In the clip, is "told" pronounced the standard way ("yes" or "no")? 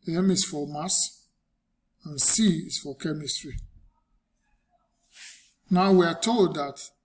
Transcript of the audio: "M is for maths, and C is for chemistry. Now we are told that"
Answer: yes